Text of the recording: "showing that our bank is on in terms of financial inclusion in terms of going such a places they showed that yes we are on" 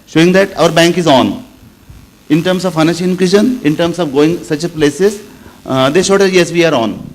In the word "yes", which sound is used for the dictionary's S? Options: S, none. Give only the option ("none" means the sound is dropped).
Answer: S